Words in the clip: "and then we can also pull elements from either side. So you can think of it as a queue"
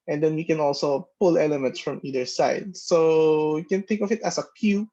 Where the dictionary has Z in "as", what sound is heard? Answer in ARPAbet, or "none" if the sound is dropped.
S